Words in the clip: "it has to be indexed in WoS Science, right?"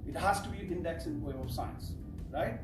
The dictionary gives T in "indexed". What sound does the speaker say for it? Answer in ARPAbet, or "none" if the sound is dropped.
none